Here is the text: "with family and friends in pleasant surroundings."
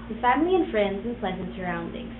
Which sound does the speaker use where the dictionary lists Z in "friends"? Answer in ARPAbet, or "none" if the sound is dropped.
Z